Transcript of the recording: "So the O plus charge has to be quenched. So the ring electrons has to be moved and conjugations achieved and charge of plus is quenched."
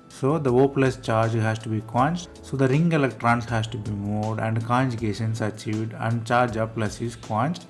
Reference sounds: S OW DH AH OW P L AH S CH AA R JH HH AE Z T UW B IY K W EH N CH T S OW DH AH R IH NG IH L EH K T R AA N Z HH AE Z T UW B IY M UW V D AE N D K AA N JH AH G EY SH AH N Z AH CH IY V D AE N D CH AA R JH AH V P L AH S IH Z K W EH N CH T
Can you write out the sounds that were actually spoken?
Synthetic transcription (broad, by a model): S OW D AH OW P L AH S CH AA R JH HH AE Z T UW B IY K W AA N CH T S OW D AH R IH NG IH L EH K T R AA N S HH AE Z T UW B IY M UW V D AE N D K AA N JH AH G EY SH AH N S AH CH IY V D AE N D CH AA R JH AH P L AH S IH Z K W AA N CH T